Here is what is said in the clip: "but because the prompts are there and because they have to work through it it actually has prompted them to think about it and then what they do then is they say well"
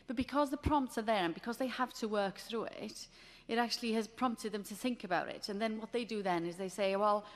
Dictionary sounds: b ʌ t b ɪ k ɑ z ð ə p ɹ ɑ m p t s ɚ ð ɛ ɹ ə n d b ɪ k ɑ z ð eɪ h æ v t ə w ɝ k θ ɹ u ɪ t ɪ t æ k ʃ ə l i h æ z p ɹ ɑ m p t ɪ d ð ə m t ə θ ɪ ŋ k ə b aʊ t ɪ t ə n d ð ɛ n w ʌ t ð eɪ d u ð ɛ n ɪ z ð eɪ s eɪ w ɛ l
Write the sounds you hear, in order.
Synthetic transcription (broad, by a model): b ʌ t b ɪ k ɑ z ð ə p ɹ ɑ m p t s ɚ ð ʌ ɹ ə n b ɪ k ɑ z ð eɪ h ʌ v t ə w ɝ k θ ɹ u ɪ t ɪ t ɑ k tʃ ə l i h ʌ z p ɹ ɑ m p t ɪ d ð ə m t ə θ ɪ ŋ k ə b aʊ t ɪ t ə n ð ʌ n w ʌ t ð eɪ d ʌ ð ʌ n ɪ z ð eɪ s eɪ w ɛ l